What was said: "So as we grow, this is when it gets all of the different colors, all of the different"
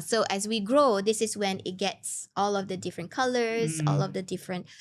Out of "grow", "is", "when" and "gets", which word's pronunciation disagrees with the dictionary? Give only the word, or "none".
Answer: is